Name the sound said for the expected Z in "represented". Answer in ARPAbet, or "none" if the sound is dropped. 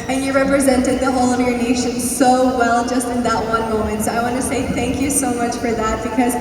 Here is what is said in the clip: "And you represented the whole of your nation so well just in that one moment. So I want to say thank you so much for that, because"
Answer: Z